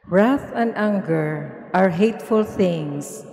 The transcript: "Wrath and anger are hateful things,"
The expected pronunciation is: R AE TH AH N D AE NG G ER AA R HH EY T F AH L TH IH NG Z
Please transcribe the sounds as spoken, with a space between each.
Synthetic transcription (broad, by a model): R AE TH AH N D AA NG G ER AA R HH EY T F AH L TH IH NG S